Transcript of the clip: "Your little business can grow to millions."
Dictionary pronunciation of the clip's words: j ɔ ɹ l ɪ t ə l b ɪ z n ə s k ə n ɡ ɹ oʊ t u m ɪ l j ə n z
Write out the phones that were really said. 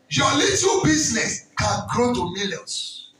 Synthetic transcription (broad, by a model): j ɔ l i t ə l b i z n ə s k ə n ɡ ɹ oʊ t u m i l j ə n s